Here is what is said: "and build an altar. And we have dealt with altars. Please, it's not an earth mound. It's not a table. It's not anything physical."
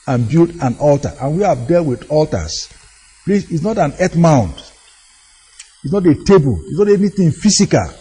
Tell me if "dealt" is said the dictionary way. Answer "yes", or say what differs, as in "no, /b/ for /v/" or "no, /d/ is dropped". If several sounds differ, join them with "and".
yes